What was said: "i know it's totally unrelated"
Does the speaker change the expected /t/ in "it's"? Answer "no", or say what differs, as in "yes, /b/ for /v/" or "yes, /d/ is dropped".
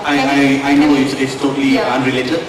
yes, /s/ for /t/